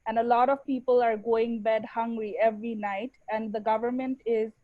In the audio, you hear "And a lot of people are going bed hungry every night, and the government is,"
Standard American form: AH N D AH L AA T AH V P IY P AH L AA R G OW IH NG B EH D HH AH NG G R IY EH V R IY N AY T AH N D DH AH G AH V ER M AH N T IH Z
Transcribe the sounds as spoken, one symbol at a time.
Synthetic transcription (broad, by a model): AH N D AH L AA T AH V P IY P AH L AA R G OW IH NG B EH D HH AH NG G R IY EH V R IY N AY T AH N D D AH G AH V ER M AH N T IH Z